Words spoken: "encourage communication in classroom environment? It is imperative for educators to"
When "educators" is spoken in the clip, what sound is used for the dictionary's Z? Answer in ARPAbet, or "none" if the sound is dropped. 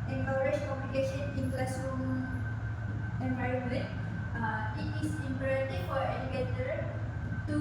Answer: none